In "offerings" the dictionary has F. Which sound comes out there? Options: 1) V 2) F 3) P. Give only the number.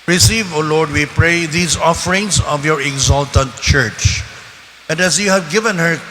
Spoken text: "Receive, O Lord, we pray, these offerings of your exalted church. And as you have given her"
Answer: 2